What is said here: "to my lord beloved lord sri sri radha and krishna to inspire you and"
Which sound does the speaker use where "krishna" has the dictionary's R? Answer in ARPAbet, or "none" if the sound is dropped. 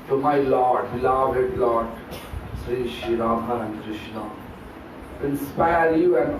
R